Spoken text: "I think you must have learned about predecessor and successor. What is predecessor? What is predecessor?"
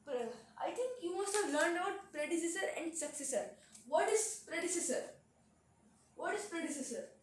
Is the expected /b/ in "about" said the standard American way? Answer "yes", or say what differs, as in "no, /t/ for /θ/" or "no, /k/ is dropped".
no, /b/ is dropped